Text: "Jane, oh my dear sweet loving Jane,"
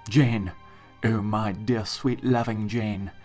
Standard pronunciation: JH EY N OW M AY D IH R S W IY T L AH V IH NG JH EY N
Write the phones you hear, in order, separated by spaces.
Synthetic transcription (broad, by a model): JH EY N OW M AY D IH R S W IY T L AH V IH NG JH EY N